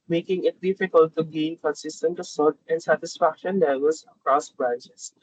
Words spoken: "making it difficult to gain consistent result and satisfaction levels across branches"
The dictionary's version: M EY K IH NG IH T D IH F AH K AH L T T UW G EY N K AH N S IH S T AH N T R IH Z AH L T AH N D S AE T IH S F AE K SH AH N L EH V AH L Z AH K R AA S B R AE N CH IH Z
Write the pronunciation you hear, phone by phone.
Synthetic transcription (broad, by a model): M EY K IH NG IH T D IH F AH K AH L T T UW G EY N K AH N S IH S T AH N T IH S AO T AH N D S AE T IH S F AE K SH AH N L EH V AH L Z AH K R AA S B R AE N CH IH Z